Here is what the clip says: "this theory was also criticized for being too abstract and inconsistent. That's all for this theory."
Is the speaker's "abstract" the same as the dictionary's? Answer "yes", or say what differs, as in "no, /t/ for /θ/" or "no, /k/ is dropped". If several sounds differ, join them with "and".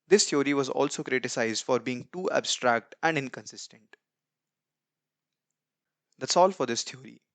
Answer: yes